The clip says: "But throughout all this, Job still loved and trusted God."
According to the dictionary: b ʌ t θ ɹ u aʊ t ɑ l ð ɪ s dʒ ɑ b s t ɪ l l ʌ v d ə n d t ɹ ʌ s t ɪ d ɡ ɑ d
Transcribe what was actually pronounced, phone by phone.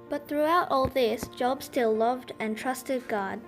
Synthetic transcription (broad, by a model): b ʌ t θ ɹ u aʊ t ɑ l ð ɪ s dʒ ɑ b s t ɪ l l ʌ v d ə n t ɹ ʌ s t ɪ d ɡ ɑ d